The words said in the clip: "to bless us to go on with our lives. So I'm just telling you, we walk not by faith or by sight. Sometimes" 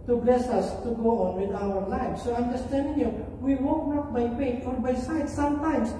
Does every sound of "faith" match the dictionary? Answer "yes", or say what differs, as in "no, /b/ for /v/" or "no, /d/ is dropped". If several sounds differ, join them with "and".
no, /f/ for /θ/